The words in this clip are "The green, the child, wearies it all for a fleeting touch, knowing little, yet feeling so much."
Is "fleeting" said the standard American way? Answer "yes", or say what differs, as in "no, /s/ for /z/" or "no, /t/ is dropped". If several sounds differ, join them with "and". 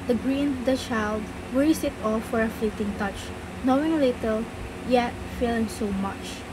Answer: yes